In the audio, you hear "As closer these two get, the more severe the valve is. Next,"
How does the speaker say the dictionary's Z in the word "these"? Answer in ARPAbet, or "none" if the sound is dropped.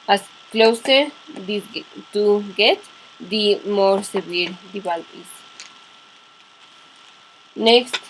none